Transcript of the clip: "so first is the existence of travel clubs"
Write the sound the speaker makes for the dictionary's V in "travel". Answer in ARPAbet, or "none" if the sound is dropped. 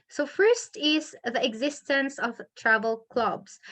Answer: V